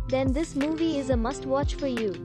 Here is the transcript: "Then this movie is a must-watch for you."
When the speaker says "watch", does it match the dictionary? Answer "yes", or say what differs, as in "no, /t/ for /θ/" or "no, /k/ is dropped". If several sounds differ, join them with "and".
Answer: yes